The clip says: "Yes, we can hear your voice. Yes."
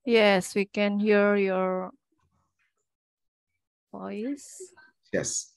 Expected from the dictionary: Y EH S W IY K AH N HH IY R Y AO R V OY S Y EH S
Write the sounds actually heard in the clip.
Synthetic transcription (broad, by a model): Y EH S W IY K AH N HH IY R Y AO R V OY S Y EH S